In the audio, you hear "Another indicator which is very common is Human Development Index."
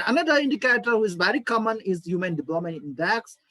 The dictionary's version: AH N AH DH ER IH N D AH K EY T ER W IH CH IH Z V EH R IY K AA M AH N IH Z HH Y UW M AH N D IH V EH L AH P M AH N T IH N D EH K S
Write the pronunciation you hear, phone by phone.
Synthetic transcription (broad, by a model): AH N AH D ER IH N D AH K EY T ER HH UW IH Z V EH R IY K AA M AH N IH Z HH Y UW M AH N D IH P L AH M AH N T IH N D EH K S